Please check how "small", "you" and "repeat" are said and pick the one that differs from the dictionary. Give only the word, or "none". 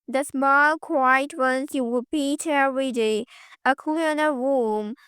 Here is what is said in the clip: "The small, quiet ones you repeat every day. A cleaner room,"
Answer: repeat